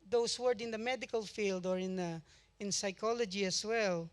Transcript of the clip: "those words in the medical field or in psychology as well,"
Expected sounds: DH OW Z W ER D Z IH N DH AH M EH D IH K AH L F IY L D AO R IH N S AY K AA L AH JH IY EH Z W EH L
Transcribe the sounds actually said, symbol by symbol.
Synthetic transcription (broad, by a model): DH OW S W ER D IH N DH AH M EH D IH K AH L F IY L D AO R IH N S AY K AA L AH JH IY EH S W EH L